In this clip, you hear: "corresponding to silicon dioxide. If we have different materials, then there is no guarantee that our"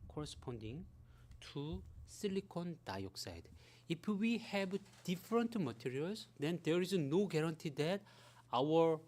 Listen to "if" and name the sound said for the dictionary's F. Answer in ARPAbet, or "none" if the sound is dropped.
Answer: P